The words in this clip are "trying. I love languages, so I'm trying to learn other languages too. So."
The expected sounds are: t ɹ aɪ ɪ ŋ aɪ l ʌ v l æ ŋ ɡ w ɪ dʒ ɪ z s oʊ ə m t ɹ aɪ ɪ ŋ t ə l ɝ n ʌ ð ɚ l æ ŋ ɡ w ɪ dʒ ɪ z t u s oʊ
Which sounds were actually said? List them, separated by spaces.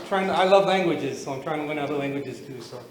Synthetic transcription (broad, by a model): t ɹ aɪ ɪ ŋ aɪ l ʌ v l æ ŋ ɡ w ɪ dʒ ɪ z s oʊ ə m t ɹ aɪ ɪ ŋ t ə w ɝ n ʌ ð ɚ l æ ŋ ɡ w ɪ dʒ ɪ z t u s oʊ